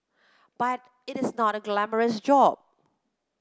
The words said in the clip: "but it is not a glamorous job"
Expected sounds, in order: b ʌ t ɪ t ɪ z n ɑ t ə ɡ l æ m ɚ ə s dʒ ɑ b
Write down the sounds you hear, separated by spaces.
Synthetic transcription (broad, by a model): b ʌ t ɪ t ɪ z n ɑ t ə ɡ l æ m ɚ ə s dʒ ɑ b